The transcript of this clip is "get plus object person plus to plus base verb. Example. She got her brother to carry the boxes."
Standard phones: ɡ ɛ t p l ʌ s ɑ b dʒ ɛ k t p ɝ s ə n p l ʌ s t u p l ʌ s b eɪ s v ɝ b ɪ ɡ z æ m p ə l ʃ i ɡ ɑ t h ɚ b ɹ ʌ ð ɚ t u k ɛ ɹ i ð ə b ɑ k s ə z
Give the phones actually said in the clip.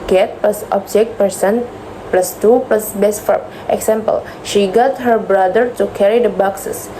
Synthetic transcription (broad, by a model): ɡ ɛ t p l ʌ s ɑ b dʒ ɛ k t p ɝ s ə n p l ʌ s t u p l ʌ s b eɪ s f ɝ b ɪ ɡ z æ m p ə l ʃ i ɡ ɑ t h ɚ b ɹ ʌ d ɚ t u k ɛ ɹ i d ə b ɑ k s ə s